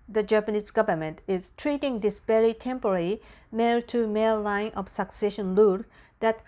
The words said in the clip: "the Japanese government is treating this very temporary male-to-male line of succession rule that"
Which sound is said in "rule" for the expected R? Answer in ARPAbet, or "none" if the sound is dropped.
L